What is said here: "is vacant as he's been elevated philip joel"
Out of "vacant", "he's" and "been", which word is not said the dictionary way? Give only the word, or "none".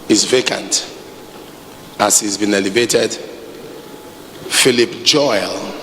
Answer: none